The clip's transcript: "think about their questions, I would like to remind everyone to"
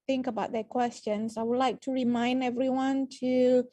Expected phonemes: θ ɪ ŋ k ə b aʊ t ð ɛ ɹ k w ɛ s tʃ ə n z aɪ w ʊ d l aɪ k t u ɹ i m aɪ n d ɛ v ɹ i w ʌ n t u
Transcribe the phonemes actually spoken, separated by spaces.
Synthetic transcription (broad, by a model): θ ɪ ŋ k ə b aʊ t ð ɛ k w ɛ s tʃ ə n s aɪ w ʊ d l aɪ k t u ɹ i m aɪ n d ɛ v ɹ i w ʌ n t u